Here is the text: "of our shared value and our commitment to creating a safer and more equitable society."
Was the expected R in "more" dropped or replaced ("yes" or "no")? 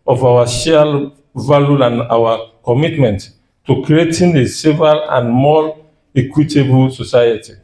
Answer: yes